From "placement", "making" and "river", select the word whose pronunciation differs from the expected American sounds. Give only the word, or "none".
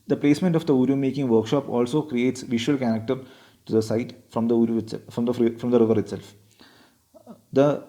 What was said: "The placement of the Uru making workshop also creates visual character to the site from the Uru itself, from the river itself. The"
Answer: none